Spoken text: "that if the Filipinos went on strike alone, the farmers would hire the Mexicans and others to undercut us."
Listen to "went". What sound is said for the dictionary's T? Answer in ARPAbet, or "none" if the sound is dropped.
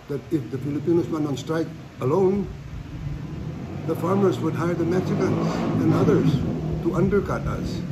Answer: none